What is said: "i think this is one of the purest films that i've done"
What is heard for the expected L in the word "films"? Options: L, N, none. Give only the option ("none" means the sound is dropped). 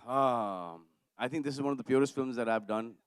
L